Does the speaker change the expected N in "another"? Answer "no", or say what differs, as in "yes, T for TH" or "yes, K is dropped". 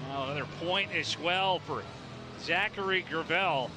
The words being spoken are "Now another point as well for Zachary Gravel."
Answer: yes, N is dropped